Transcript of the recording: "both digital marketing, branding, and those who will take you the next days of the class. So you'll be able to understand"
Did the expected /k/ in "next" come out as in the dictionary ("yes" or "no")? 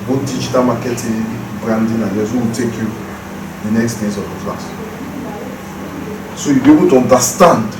yes